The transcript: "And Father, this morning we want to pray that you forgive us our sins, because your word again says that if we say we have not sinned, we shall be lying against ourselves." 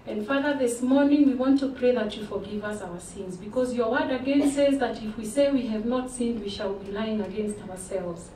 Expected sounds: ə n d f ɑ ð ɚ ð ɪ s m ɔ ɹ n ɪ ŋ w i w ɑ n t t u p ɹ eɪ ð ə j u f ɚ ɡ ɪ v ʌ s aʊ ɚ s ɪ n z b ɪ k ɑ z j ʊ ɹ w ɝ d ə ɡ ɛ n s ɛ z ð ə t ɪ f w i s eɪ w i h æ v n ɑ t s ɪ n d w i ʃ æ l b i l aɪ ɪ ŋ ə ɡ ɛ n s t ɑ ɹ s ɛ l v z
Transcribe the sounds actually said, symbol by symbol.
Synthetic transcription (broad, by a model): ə n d f ɑ ð ɚ ð ɪ s m ɔ ɹ n ɪ ŋ w i w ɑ n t t u p ɹ eɪ ð ə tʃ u f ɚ ɡ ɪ v ʌ s aʊ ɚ s ɪ n z b ɪ k ɑ z j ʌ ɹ w ɝ d ə ɡ ɛ n s ɛ z ð ə t ɪ f w i s eɪ w i h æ v n ɑ t s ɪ n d w i ʃ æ l b i l aɪ ɪ ŋ ə ɡ ɛ n s t ɑ ɹ s ɛ l v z